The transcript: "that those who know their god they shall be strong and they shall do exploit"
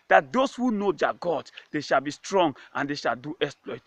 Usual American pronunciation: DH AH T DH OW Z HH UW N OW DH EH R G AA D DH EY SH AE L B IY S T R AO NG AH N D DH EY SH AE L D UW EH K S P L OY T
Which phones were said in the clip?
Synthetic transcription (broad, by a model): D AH T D OW S HH UW N OW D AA G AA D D EY SH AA L B IY S T R AO NG AH N D EY SH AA L D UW EH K S P L OY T